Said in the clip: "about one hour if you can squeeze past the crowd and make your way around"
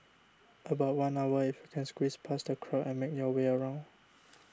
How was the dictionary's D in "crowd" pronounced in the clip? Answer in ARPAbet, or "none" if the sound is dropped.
none